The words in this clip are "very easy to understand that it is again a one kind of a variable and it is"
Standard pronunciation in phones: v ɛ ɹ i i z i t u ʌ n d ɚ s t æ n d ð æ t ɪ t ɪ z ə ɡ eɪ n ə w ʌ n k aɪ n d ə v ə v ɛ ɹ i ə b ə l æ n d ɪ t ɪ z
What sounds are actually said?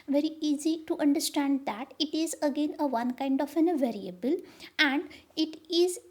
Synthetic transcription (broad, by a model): v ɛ ɹ i i z i t u ʌ n d ɚ s t æ n d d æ t ɪ t ɪ z ə ɡ eɪ n ə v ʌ n k aɪ n d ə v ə v ɛ ɹ i ə b ə l æ n d ɪ t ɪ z